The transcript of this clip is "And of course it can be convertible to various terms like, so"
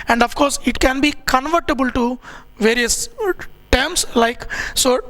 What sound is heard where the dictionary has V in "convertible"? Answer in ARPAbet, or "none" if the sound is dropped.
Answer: V